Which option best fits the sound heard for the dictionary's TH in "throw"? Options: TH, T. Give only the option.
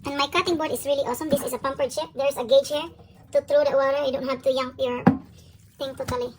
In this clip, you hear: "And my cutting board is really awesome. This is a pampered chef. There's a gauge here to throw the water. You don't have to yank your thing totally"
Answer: T